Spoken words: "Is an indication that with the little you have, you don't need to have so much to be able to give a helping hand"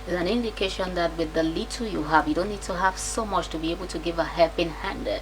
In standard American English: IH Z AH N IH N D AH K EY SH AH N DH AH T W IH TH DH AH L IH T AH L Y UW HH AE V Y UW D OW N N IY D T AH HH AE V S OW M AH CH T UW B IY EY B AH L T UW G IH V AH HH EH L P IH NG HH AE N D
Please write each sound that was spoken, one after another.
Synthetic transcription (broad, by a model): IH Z AH N IH N D AH K EY SH AH N DH AH T W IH DH AH L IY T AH Y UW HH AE V Y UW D OW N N IY D T AH HH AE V S OW M AH CH T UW B IY EY B AH L T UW G IH V AH HH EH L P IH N HH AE N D